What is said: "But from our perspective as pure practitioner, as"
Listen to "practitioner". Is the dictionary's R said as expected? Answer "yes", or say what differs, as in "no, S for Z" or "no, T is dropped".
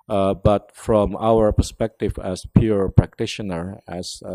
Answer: yes